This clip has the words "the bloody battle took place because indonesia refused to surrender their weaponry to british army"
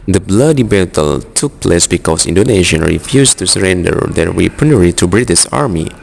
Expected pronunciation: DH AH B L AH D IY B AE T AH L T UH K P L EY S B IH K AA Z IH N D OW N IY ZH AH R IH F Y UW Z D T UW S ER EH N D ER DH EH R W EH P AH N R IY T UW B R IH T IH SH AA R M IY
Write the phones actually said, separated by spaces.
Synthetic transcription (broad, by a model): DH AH B L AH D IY B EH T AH L T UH K P L EY S B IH K AA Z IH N D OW N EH SH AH R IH F Y UW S T UW S ER EH N D ER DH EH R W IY P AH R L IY T UW B R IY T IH S AA R M IY